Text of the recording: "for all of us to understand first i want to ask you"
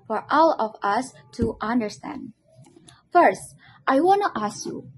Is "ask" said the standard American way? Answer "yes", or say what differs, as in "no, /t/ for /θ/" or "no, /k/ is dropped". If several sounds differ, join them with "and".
yes